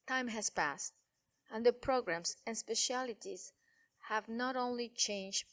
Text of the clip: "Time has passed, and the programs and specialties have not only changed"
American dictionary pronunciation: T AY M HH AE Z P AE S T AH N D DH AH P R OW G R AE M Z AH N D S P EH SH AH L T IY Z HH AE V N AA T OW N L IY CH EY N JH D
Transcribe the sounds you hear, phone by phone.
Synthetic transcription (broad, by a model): T AY M HH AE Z P AE S T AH N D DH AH P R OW G R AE M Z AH N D S P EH SH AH L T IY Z HH AE V N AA T OW N L IY CH EY N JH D